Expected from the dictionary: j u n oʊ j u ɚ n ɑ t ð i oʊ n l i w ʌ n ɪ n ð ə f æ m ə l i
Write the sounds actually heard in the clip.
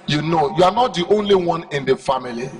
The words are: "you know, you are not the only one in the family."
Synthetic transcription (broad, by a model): j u n oʊ j u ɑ n ɑ t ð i oʊ n l i w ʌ n ɪ n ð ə f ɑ m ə l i